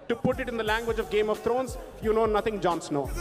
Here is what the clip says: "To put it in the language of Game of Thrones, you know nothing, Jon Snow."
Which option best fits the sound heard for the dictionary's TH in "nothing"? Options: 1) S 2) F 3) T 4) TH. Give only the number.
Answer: 3